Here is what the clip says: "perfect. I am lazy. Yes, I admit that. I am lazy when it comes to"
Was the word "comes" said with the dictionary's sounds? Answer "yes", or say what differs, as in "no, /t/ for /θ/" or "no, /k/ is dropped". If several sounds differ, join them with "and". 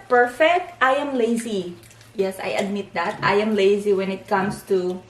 no, /s/ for /z/